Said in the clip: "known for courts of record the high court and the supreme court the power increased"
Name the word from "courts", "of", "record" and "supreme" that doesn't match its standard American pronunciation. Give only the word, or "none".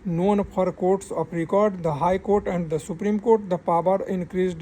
of